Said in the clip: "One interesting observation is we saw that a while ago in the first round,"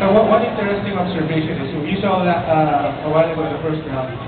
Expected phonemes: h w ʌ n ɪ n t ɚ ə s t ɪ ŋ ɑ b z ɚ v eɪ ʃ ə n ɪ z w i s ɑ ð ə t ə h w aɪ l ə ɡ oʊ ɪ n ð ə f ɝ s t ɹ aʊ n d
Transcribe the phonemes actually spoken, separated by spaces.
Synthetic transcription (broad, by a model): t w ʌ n ɪ n t ɚ ə s t ɪ ŋ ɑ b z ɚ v eɪ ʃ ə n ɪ s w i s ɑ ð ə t ə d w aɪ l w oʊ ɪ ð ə f ɝ s t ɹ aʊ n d